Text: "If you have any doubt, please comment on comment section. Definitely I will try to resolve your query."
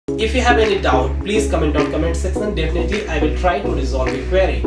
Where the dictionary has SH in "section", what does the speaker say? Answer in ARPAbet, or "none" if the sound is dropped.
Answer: S